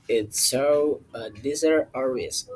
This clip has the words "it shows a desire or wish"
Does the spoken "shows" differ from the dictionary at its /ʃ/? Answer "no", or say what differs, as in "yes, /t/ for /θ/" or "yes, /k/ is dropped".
yes, /s/ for /ʃ/